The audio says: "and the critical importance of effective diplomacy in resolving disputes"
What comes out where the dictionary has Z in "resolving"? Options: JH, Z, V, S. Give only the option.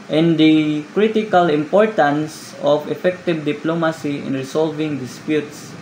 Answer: S